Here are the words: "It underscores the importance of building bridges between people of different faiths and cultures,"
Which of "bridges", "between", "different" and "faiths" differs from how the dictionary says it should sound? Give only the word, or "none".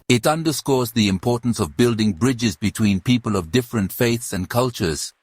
none